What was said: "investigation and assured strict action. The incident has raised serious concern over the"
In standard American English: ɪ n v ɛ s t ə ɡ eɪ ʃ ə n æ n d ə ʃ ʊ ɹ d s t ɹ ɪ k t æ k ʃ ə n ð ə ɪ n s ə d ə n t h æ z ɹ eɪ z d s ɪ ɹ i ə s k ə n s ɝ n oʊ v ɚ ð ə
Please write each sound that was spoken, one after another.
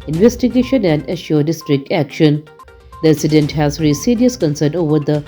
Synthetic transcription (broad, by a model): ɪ n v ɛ s t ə ɡ eɪ ʃ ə n æ n d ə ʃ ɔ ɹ d s t ɹ ɪ k t æ k ʃ ə n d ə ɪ s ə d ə n t h æ z ɹ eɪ s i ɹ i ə s k ə n s ɝ n oʊ v ɚ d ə